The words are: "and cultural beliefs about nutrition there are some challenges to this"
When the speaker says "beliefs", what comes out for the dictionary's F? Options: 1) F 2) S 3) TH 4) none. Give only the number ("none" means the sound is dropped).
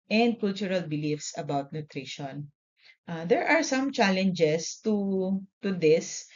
1